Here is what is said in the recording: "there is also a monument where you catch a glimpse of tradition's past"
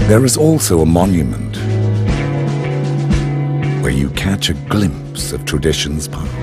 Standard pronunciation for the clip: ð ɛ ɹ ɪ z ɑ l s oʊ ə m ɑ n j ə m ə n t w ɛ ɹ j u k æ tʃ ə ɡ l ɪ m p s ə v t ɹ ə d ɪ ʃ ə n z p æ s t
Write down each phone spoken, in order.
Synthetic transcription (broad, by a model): ð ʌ ɹ ɪ z ɑ l s oʊ ə m ɑ n j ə m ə n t w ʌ ɹ j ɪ k æ tʃ ə ɡ l ɪ m p s ə v t ɹ ə d ɪ ʃ ə n z p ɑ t